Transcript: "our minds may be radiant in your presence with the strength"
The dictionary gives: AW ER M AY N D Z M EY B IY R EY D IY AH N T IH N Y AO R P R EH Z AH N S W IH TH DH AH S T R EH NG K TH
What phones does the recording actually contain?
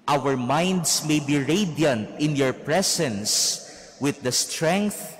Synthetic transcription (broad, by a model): AW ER M AY N D S M EY B IY R EY D IY AH N T IH N Y AO R P R EH S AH N S W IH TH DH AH S T R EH NG K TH